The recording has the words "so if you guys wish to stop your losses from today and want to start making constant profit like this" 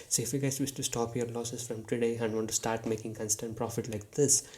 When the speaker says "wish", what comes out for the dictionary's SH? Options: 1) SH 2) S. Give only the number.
2